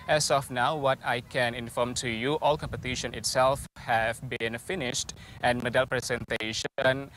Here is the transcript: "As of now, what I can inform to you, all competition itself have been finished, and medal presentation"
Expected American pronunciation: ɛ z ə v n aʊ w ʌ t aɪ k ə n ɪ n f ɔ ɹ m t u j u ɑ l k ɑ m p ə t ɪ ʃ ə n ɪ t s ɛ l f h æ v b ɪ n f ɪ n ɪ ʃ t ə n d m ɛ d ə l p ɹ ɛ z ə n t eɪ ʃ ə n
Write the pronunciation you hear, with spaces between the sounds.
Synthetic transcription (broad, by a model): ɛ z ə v n aʊ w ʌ t aɪ k ə n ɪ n f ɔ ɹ m t u j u ɑ l k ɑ m p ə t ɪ ʃ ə n ɪ t s ɛ l f h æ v b ɪ n f ɪ n ɪ ʃ t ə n m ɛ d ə l p ɹ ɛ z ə n t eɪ ʃ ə n